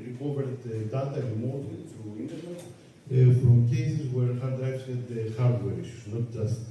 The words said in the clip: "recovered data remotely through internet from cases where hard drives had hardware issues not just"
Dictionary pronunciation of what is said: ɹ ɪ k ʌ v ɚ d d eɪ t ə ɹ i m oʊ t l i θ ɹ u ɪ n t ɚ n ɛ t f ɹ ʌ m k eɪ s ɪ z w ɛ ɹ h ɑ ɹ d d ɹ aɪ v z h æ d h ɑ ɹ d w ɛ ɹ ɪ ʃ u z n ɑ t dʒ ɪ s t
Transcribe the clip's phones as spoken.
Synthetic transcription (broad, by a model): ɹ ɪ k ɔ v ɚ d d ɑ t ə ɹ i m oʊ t i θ ɹ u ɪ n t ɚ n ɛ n f ɹ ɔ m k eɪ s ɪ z w ɛ ɹ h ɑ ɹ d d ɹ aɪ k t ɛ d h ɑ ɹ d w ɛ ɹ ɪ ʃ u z n ɑ t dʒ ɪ s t